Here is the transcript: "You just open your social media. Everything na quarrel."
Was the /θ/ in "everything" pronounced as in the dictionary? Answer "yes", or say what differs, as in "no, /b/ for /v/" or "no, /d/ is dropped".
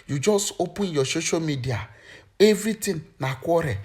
no, /t/ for /θ/